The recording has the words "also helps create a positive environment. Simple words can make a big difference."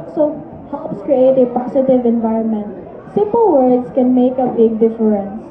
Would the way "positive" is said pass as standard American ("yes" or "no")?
no